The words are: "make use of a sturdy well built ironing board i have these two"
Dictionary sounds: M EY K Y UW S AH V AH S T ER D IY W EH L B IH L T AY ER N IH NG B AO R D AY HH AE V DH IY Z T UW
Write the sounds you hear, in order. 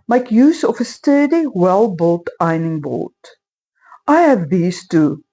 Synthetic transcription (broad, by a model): M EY K Y UW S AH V AH S T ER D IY W EH L B IH L T AY N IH NG B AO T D AY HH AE V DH IY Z T UW